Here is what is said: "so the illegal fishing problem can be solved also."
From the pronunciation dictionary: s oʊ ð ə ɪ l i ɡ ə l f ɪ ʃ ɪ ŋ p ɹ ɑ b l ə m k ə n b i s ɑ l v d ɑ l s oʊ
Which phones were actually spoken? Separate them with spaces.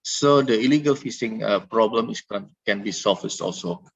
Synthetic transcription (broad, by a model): s oʊ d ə ɪ l i ɡ ə l f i s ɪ ŋ p ɹ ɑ b l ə m k ə n b i s ɑ l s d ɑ l s oʊ